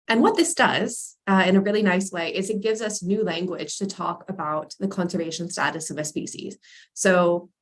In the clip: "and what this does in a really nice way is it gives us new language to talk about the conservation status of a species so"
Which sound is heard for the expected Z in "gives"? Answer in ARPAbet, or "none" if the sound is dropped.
Z